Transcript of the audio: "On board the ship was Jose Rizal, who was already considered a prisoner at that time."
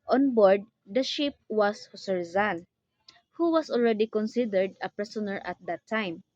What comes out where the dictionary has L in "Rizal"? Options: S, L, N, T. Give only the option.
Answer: N